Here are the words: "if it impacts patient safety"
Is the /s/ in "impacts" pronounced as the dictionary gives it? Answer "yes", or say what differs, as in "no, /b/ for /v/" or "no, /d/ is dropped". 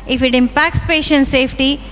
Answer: yes